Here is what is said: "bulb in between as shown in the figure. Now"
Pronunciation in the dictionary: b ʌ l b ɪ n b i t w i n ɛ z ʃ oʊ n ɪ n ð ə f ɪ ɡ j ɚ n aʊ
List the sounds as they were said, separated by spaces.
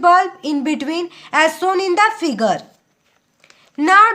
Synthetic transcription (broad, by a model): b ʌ l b ɪ n b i t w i n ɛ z s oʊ n ɪ n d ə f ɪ ɡ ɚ n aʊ